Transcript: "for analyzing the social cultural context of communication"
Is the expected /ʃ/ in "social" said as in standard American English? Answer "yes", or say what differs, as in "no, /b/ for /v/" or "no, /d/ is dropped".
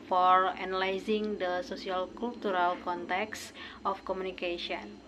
no, /s/ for /ʃ/